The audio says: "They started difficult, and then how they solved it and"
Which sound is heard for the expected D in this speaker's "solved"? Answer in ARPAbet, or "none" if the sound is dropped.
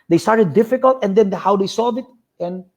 none